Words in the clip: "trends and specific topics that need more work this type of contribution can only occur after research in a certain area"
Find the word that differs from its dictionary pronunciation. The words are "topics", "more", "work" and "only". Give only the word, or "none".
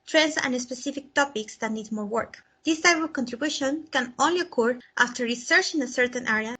none